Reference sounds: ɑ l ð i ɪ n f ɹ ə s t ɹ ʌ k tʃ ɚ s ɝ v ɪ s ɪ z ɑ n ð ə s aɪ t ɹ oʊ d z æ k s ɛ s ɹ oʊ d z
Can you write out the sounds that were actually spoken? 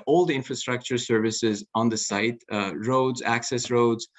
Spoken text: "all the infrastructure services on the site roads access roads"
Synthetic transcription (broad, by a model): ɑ l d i ɪ n f ɹ ə s t ɹ ʌ k tʃ ɚ s ɝ v ɪ s ɪ z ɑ n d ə s aɪ t ɹ oʊ d z æ k s ɛ s ɹ oʊ d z